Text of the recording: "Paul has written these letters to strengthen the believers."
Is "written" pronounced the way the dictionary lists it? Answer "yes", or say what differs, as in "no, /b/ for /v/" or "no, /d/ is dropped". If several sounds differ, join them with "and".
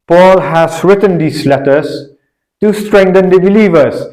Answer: yes